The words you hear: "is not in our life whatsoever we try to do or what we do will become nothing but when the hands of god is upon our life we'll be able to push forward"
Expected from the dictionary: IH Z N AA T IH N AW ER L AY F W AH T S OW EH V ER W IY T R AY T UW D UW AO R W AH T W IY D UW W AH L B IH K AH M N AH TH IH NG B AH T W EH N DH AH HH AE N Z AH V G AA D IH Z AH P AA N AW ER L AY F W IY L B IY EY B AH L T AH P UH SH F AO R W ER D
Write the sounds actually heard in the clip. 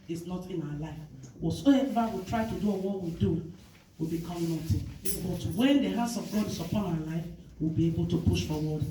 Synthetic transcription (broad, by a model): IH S N AA T IH N AW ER L AY F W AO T S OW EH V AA W IY T R AY T UW D UW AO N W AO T W IY D UW W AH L B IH K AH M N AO T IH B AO T W EH N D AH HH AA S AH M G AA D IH S AH P AA N AW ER L AY F W IY L B IY EY B AH L T AH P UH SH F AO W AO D